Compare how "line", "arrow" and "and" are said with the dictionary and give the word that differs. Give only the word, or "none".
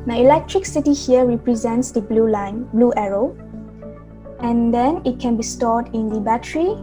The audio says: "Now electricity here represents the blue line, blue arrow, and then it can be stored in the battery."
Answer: none